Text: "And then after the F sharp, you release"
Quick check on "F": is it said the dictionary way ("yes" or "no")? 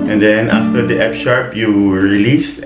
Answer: no